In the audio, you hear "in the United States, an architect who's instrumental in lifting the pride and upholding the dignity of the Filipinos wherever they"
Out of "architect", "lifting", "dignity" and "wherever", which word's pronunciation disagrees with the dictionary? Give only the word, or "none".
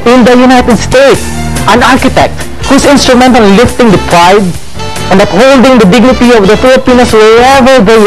wherever